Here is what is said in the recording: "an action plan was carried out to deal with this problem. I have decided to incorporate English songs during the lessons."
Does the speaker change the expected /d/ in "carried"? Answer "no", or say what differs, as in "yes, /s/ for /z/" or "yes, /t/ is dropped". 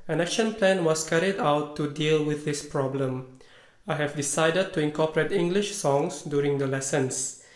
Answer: no